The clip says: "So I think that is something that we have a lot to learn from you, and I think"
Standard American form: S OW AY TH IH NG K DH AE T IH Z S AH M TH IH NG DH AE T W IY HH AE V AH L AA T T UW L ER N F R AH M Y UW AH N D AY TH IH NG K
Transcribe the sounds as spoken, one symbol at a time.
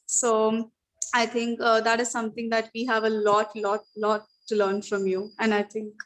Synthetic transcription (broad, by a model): S OW AY T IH NG K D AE T IH Z S AH M T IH NG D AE T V IY HH AE V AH L AA T T UW L ER N F R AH M Y UW AH N D AY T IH NG K